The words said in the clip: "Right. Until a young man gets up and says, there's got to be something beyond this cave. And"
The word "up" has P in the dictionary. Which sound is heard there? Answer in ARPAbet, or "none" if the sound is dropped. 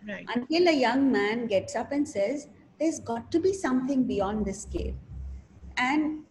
P